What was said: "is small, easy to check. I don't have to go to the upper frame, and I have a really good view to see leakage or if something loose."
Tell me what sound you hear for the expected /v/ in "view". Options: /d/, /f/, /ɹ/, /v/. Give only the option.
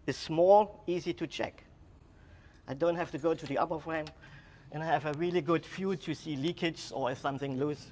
/f/